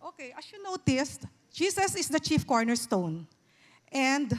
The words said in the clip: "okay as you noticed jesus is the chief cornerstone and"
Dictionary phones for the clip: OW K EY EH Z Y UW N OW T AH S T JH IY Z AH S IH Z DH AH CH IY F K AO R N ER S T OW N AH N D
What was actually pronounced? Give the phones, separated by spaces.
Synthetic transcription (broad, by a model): OW K EY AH S Y UW N OW T AH S T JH IY S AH S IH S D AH CH IY F K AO R N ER S T OW N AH N D